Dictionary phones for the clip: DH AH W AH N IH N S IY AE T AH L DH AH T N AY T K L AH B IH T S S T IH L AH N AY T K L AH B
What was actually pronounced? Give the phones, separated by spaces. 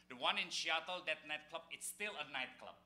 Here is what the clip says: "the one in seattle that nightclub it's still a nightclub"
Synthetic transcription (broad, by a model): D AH W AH N IH N SH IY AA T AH L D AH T N AY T K L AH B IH T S S T IH L AH N AY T K L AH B